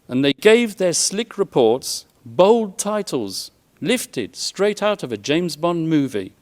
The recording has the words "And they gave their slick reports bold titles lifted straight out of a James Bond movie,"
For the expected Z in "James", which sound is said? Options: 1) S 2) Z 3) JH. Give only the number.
2